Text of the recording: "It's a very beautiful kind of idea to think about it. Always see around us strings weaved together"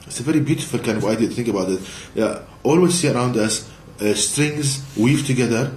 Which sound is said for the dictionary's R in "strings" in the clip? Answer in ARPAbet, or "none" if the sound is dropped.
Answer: R